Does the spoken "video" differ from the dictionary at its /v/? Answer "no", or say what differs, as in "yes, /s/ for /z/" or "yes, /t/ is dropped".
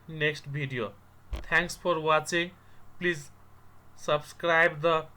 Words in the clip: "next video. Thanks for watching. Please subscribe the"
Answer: yes, /b/ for /v/